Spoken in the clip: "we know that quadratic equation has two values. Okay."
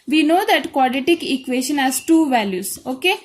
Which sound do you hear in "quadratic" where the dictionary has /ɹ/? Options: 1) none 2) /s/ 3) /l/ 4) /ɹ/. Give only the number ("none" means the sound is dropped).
1